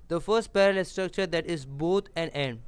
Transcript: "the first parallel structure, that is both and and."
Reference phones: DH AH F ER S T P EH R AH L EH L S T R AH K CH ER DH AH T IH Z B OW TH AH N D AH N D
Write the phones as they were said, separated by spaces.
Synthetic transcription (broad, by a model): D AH F ER S T P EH R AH L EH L S T R AH K CH ER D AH T IH Z B OW T AH N D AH N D